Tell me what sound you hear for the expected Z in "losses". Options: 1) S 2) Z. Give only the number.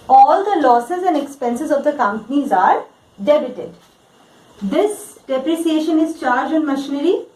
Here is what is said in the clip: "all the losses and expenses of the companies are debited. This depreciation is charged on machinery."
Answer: 2